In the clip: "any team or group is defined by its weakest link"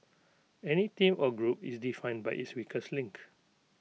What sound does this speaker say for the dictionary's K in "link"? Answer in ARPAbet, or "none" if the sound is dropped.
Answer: K